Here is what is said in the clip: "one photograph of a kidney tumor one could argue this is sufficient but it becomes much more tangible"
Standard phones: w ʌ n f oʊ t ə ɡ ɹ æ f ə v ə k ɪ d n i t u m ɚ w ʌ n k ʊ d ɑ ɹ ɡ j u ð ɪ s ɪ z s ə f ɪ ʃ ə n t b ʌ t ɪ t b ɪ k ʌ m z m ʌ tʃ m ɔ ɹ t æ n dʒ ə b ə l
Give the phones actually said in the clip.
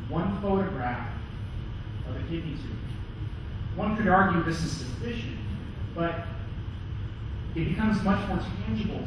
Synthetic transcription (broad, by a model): w ʌ n f oʊ t ə ɡ ɹ æ f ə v ə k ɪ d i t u w ʌ n k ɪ d ɑ ɹ ɡ j u ð ɪ s ɪ z s ə f ɪ ʃ ə n t b ʌ t ɪ t b ɪ k ʌ m z m ʌ tʃ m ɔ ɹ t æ n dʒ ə b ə l